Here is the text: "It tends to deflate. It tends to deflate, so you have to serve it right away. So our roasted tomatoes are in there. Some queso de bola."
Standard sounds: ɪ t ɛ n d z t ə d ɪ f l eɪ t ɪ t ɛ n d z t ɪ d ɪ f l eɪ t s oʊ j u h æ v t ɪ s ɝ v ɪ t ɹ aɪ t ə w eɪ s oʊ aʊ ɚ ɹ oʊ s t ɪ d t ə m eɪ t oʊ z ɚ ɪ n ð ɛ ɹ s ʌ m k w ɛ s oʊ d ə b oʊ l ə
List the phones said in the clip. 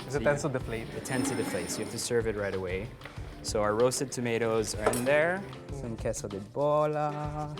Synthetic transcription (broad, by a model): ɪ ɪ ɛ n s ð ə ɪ f l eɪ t ɪ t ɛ n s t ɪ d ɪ f l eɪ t s oʊ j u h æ f t ɪ s ɝ v ɪ t ɹ aɪ t ə w eɪ s oʊ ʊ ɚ ɹ oʊ s t ɪ d t ə m eɪ t oʊ z ɚ ɪ n ð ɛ ɹ s ʌ m k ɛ s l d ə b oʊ l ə